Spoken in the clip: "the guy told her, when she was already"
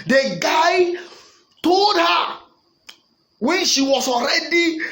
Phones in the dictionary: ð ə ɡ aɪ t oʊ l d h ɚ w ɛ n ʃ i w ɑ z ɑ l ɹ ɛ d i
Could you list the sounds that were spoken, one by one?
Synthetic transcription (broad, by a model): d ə ɡ aɪ t oʊ l d h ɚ w ɛ n ʃ i w ɑ s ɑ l ɹ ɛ d i